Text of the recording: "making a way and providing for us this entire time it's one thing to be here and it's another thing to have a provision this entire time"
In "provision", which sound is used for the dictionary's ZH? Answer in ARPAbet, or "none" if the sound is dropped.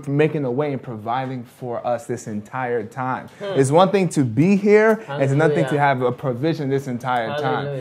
ZH